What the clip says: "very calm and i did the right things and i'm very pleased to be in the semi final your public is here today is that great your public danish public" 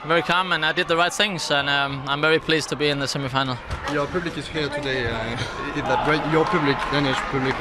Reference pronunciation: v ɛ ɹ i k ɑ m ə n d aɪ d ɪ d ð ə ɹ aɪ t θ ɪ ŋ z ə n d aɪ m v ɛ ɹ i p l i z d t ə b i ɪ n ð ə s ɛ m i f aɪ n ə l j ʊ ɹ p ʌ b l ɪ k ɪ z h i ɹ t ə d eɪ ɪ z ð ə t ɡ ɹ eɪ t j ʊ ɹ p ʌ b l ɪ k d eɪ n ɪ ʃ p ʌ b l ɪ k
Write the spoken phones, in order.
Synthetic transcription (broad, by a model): v ɛ ɹ i k ɑ m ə n aɪ d ɪ d ð ə ɹ aɪ t θ ɪ ŋ z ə n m aɪ m v ɛ ɹ i p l i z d t ə b i ɪ n ð ə s ɛ m i f aɪ n l j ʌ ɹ p ʌ b l ɪ k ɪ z h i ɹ t ə d eɪ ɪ ð ə t ɡ ɹ eɪ t j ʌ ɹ p ʌ b l ɪ k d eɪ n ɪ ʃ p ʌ b l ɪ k